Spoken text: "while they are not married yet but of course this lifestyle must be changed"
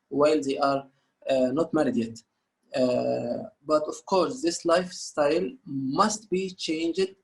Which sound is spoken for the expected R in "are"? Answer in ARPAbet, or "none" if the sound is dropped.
R